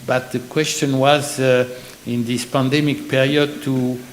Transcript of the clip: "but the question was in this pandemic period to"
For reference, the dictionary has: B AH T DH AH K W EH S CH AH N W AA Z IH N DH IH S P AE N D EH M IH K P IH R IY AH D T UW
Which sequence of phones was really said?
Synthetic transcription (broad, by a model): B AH T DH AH K W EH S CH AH N W AA Z IH N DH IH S P AE N D EH M IH K P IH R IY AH D T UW